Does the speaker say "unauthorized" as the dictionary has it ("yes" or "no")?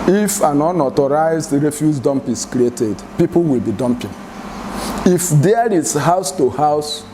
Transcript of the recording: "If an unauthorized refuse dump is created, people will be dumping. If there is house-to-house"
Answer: no